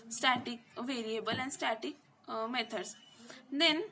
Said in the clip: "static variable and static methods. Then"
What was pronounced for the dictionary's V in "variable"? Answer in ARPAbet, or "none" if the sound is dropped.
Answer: V